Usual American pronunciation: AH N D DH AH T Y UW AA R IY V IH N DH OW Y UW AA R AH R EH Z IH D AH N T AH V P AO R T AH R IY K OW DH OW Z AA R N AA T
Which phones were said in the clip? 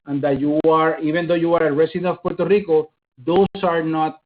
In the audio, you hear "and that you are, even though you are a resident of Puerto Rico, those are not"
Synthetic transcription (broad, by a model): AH N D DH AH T Y UW AA R IY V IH N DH OW Y UW AA R AH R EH S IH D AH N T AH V P AO R T AH R IY K OW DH OW S AA R N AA T